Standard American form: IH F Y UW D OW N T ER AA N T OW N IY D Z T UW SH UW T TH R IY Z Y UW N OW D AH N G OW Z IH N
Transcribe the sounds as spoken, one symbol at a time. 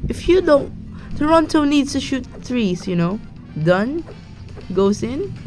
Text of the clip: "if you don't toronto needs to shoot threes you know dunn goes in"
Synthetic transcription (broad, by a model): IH F Y UW D OW N T ER AA N T OW N IY D S T UW SH UW T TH R IY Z Y UW N OW D AH N G OW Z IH N